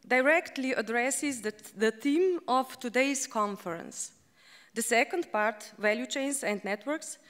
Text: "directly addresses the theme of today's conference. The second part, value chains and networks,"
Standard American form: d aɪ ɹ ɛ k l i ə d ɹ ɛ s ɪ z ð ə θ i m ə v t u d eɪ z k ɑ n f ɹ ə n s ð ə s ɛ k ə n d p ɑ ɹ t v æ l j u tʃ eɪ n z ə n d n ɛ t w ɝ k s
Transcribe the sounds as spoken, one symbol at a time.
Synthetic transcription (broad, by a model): d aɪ ɹ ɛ k l i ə d ɹ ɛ s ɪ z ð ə t i m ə f t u d eɪ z k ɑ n f ɹ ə n s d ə s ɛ k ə n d p ɑ ɹ t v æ l j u tʃ eɪ n s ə n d n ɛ t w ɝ k s